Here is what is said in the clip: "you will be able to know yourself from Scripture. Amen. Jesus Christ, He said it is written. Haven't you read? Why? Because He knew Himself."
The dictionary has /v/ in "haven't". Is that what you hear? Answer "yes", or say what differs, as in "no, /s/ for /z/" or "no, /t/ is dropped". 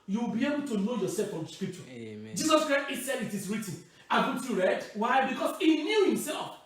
no, /b/ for /v/